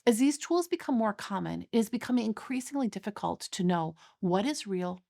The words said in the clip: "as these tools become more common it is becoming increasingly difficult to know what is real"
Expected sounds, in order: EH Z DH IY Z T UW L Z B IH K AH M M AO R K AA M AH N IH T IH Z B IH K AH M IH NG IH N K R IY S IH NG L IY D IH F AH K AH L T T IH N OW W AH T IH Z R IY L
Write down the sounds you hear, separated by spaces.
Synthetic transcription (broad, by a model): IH Z DH IY Z T UW L Z B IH K AH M M AO R K AA M AH N IH T IH Z B IH K AH M IH NG IH N K R IY S IH NG L IY D IH F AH K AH L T T IH N OW W AH T IH Z R IY L